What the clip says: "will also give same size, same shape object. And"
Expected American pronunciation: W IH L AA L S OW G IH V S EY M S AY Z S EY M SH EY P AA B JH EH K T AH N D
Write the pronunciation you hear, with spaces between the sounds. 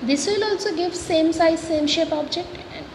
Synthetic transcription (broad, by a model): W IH L AA L S OW G IH V S EY M S AY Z S EY M SH EY P AA B JH EH K T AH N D